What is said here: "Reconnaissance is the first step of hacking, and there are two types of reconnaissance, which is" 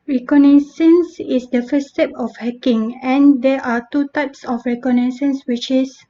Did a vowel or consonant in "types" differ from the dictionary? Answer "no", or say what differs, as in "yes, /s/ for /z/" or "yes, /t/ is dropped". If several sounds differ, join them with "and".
no